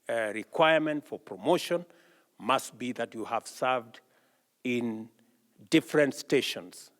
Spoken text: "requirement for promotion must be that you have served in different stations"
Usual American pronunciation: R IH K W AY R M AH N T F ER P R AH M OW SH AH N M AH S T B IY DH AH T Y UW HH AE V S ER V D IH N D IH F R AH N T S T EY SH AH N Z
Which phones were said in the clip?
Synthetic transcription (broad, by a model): R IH K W AY R M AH N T F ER P R AH M OW SH AH N M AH S T B IY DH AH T Y UW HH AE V S ER V D IH N D IH F R AH N T S T EY SH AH N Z